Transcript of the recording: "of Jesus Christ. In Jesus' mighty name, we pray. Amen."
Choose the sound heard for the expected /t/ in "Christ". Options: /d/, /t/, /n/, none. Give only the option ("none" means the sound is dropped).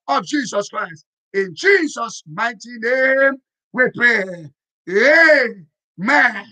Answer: /t/